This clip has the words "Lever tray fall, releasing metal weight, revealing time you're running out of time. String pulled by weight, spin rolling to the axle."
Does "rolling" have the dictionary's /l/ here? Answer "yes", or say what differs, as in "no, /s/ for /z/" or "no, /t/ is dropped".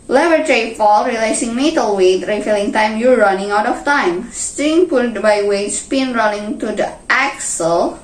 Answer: no, /n/ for /l/